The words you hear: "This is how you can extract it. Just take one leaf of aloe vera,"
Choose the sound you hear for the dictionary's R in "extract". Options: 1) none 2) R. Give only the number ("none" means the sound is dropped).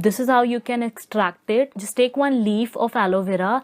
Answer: 2